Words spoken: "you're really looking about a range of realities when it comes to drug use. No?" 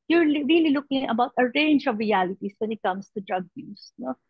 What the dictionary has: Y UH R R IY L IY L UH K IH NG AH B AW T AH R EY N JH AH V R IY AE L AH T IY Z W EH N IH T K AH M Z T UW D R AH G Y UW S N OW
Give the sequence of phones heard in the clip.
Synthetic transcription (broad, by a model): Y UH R R IY L IY L UH K IH NG AH B AW T AH R EY N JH AH V R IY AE L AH T IY S W EH N IH T K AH M S T UW D R AH G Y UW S N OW